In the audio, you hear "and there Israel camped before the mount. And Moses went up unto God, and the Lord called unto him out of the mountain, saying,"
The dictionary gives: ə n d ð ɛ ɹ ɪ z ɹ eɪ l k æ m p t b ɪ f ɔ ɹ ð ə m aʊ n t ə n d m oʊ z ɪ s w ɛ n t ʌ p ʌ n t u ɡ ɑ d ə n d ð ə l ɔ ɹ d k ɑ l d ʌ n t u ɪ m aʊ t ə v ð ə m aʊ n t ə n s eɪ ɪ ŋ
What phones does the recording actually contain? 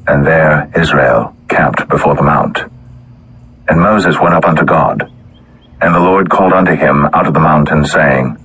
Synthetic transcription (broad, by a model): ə n ð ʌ ɹ ɪ z ɹ eɪ l k æ m p t b ɪ f ɔ ɹ ð ə m aʊ n t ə n m oʊ z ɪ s w ɛ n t ʌ p ʌ n t u ɡ ɑ d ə n ð ə l ɔ ɹ d k ɑ l d ʌ n t u ɪ m aʊ t ə v ð ə m aʊ n t ə n s eɪ ɪ ŋ